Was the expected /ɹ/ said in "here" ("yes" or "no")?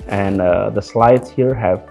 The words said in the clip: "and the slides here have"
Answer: yes